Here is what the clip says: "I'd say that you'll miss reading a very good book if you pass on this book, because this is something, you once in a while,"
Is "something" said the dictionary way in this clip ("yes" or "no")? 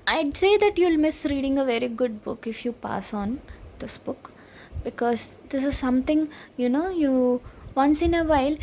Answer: no